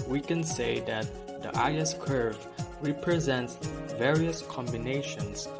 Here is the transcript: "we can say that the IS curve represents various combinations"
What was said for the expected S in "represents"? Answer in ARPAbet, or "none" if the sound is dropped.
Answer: S